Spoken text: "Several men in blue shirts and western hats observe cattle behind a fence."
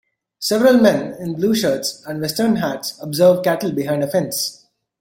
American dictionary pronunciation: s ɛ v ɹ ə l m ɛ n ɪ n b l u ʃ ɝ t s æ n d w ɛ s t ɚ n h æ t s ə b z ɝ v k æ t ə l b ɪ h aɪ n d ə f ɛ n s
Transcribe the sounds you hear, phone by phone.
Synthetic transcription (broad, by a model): s ɛ v ɹ ə l m ɛ n ɪ n b l u ʃ ɝ t s æ n d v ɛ s t ɚ n h æ t s ə b z ɝ v k æ t ə l b ɪ h aɪ n d ə f ɛ n s